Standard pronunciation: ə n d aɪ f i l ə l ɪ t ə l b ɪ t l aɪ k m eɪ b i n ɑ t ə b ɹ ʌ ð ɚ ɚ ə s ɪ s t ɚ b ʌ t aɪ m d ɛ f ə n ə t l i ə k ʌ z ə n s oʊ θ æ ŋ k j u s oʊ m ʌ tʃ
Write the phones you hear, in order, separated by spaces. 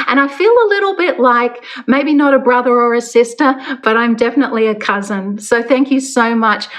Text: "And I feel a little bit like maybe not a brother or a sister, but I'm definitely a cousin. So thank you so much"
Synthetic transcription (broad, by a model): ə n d aɪ f i l ə l ɪ t l b ɪ t l aɪ k m eɪ b i n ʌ t ə b ɹ ʌ ð ɚ ɚ ə s ɪ s t ɚ b ʌ t aɪ m d ɛ f ə n ə t l i ə k ʌ z ə n s oʊ θ æ ŋ k j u s oʊ m ʌ tʃ